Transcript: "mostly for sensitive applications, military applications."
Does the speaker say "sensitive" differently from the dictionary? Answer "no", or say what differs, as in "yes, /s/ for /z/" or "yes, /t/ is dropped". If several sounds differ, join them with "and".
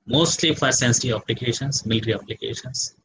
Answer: yes, /v/ is dropped